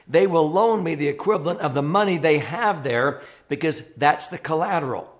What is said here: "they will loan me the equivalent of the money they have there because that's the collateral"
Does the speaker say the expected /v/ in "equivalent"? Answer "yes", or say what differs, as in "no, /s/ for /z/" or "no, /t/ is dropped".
yes